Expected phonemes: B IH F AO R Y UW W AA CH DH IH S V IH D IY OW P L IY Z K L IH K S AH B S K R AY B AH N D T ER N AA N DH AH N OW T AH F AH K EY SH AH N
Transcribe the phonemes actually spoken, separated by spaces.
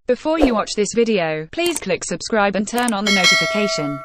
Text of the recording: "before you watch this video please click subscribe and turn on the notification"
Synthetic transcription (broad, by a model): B IH F AO Y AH W AA CH DH IH S V IH D IY OW P L IY Z K L IH K S AH B S K R AY B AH N T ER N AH N DH AH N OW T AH F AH K EY SH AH N